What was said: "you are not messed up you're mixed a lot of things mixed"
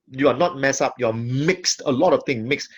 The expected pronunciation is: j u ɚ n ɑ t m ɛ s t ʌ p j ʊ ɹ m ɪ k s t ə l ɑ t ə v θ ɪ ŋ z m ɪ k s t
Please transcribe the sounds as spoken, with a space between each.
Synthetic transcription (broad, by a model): j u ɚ n ɑ t m ɛ s ʌ p j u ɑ m ɪ k s t ə l ɑ t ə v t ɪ ŋ m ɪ k s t